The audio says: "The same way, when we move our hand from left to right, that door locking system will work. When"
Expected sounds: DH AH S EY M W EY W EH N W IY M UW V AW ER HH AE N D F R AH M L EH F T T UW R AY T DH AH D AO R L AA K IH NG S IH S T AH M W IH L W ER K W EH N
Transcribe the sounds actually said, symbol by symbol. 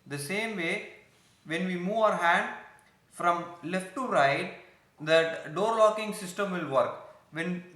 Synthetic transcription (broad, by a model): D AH S EY M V EY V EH N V IY M UW V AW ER HH AE N D F R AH M L EH F T T UW R AY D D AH D AO R L AA K IH NG S IH S T AH M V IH L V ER K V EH N